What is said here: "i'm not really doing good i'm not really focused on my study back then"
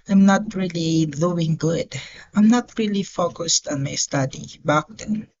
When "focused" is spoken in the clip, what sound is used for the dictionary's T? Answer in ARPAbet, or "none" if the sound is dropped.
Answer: T